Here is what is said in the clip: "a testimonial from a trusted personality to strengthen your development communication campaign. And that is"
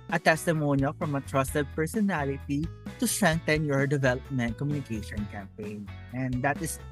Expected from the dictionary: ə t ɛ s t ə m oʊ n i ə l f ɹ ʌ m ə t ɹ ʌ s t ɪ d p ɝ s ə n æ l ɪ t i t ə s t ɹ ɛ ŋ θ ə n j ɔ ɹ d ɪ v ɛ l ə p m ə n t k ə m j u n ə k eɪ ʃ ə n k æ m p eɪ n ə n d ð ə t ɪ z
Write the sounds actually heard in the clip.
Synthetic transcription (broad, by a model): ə t ɛ s t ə m oʊ n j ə f ɹ ʌ m ə t ɹ ʌ s t ɪ d p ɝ s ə n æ l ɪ t i t ə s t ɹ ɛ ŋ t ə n j ɔ ɹ d ɪ v ɛ l ə p m ə n t k ə m j u n ə k eɪ ʃ ə n k æ m p eɪ n ə n d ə t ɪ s